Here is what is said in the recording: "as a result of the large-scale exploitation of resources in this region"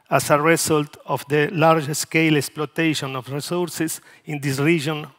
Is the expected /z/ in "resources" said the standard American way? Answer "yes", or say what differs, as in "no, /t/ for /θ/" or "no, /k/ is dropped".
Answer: no, /s/ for /z/